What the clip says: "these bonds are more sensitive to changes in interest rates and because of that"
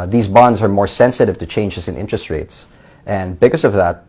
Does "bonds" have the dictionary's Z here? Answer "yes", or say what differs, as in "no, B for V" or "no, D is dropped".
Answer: yes